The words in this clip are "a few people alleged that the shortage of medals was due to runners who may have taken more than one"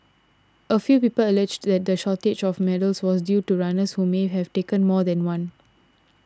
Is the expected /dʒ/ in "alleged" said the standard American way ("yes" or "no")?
yes